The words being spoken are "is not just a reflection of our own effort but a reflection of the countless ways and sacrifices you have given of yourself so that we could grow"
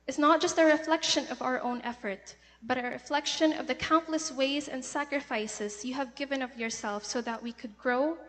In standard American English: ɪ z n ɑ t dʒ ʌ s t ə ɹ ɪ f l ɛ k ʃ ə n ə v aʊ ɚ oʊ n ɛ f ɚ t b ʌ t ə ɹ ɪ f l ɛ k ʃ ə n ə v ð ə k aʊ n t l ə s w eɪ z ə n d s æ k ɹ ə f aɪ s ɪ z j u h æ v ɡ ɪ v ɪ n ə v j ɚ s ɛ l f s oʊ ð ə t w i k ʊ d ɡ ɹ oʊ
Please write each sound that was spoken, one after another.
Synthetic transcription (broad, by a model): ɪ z n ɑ t dʒ ʌ s t ə ɹ ɪ f l ɛ k ʃ ə n ə v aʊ ɚ oʊ n ɛ f ɚ t b ʌ t ə ɹ ɪ f l ɛ k ʃ ə n ə v ð ə k aʊ n t l ə s w eɪ z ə n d s æ k ɹ ə f aɪ s ɪ z j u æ v ɡ ɪ v ɪ n ə v j ɚ s ɛ l f s oʊ ð ə t w i k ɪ d ɡ ɹ oʊ